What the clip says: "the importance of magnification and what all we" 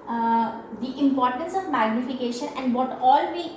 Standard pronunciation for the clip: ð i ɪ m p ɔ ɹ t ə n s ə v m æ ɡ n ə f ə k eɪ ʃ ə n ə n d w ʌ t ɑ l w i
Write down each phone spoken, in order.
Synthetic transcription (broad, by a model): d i ɪ m p ɔ ɹ t ə n s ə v m æ ɡ n ə f ə k eɪ ʃ ə n ə n d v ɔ t ɑ l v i